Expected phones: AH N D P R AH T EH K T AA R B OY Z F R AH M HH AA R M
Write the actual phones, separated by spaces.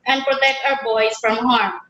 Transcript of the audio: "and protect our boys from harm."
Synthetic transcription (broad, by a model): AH N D P R AH T EH K T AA W B OY S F R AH M HH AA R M